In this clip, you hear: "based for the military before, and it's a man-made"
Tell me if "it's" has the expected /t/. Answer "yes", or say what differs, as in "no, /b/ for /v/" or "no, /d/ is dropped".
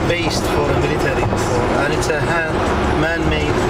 yes